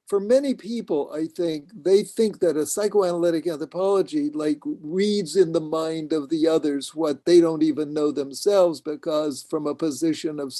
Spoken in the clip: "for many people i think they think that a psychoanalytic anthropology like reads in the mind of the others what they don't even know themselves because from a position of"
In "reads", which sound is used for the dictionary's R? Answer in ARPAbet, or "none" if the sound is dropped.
R